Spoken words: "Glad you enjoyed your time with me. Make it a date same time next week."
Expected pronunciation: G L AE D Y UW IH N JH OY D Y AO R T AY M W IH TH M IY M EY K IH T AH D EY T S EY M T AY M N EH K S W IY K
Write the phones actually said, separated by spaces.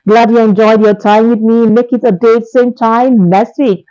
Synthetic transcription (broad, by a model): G L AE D Y UW IH N JH OY D Y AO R T AY M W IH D M IY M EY K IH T AH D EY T S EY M T AY M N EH S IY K